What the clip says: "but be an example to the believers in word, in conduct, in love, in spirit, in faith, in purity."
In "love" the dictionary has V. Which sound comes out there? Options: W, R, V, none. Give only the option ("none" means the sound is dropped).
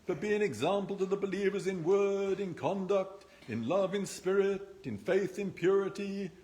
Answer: V